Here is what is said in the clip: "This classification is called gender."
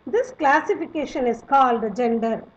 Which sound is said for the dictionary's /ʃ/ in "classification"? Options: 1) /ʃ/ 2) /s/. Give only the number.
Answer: 1